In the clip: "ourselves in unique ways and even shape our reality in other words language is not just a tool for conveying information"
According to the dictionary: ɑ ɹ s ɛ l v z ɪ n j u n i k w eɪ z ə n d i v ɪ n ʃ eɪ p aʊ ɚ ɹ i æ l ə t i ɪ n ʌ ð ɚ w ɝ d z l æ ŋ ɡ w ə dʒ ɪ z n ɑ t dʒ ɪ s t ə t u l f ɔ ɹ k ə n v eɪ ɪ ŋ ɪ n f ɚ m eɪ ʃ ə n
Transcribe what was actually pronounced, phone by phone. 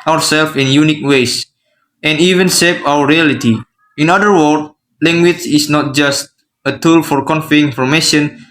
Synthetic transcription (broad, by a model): ɑ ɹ s ɛ l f ɪ n j u n i k w eɪ s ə n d i v ɪ n s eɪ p aʊ ɚ ɹ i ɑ l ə t i ɪ n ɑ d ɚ w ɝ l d l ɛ ŋ ɡ w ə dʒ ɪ s n ɑ t dʒ ɪ s t ə t u l f ɔ ɹ k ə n f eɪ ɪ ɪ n f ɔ m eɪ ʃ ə n